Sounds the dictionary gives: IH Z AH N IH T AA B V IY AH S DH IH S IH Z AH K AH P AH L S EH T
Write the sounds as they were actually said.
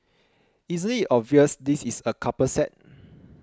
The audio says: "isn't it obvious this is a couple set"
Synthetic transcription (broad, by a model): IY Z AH L IH T AA B V IY AH S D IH S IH S AH K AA P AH S EH T